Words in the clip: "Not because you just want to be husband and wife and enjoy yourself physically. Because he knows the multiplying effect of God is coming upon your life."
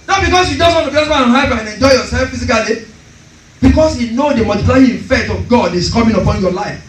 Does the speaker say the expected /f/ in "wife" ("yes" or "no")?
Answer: no